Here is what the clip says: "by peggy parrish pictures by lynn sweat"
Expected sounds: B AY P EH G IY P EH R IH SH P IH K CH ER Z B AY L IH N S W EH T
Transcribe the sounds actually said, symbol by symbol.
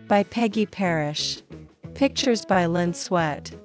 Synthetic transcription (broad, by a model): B AY P EH G IY P EH R IH SH P IH K CH ER Z B AY L IH N S W EH T